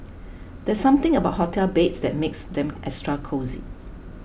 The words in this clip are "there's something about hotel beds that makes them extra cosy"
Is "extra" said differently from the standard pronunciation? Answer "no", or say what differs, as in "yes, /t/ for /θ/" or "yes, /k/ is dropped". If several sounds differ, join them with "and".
yes, /k/ is dropped